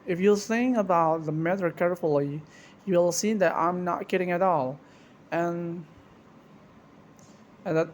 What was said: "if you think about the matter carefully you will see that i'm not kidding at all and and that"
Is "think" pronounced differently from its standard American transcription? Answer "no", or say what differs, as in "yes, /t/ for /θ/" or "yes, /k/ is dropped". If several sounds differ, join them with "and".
yes, /s/ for /θ/ and /k/ is dropped